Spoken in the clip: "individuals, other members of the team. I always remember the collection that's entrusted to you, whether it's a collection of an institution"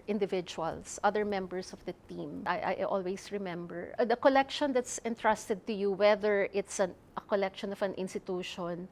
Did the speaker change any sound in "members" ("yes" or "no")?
yes